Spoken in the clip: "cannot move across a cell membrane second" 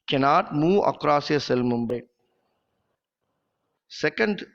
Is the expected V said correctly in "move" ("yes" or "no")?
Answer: no